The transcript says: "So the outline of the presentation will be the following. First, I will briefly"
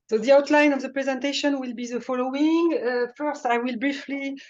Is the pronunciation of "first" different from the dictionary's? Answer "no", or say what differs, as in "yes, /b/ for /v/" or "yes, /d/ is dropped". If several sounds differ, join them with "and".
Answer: no